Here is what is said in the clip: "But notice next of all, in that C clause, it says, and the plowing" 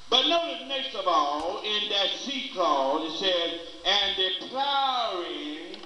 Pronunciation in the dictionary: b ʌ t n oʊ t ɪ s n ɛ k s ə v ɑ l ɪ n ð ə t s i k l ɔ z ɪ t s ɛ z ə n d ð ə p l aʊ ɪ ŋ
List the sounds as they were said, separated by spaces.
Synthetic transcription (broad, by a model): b ʌ t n oʊ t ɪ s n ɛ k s ə v ɑ l ɪ n ð ə t s i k ɔ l ɪ t s ɛ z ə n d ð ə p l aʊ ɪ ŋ